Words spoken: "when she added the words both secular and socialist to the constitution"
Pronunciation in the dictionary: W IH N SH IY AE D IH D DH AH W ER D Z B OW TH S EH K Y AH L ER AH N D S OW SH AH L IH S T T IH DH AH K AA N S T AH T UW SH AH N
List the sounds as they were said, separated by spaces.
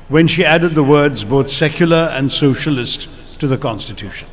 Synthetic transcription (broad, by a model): W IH N SH IY AE D IH D DH AH W ER D Z B OW TH S EH K Y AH L ER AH N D S OW SH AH L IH S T T IH DH AH K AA N S T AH T UW SH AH N